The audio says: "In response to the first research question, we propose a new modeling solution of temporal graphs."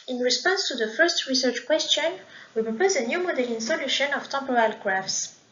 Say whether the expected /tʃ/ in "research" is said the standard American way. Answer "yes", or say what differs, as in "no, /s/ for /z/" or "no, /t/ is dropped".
yes